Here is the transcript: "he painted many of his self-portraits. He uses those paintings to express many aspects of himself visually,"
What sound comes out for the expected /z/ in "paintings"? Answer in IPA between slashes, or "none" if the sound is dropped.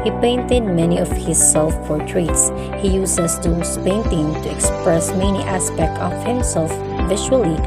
none